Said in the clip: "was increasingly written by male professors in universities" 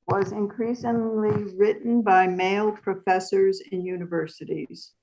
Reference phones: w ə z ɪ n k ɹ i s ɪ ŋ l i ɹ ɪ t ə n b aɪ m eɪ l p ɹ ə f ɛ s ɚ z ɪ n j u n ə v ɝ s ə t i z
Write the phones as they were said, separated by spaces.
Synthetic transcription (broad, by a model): w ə z ɪ n k ɹ i s ɪ ŋ l i ɹ ɪ t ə n b aɪ m eɪ l p ɹ ə f ɛ s ɚ z ɪ n j u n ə v ɝ s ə t i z